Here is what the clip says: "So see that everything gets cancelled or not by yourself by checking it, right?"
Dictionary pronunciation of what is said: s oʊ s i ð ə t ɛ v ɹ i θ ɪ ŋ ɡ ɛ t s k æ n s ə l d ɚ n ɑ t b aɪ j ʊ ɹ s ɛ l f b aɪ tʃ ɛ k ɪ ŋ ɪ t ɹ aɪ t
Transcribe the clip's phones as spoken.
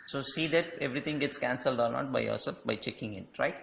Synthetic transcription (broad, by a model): s oʊ s i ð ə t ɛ v ɹ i t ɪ ŋ ɡ ɛ t s k æ n s ə l d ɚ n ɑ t b aɪ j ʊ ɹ s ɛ l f b aɪ tʃ ɛ k ɪ ŋ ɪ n ɹ aɪ t